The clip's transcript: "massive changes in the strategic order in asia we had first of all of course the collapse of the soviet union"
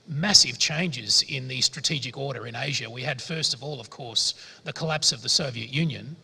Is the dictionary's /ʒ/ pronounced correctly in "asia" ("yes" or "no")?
yes